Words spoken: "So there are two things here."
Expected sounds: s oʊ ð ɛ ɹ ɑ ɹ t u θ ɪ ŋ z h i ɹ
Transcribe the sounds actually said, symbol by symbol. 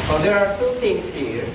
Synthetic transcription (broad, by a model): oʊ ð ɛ ɹ ɑ ɹ t u t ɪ ŋ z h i ɹ